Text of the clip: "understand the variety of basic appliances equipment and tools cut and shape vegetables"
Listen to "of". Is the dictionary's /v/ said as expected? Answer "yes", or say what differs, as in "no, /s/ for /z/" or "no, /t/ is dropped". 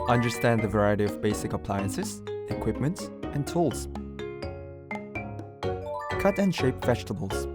yes